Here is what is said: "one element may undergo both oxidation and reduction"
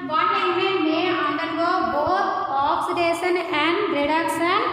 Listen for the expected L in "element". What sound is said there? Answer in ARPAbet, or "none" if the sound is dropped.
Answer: none